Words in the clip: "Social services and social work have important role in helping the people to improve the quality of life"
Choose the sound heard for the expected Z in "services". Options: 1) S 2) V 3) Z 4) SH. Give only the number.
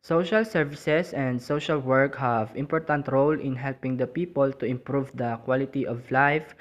1